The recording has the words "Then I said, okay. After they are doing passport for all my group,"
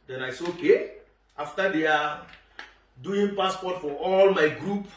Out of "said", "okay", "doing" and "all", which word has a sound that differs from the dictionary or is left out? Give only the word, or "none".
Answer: said